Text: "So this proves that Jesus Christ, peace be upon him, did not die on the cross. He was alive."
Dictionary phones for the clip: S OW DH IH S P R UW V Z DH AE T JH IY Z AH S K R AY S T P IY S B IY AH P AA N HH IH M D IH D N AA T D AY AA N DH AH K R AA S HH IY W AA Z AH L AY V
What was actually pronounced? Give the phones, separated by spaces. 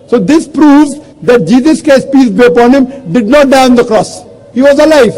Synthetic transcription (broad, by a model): S OW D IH S P R UW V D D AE T JH IY Z AH S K AY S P IY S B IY AH P AA N HH IH M D IH D N AA T D AY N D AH K R AA S HH IY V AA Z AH L AY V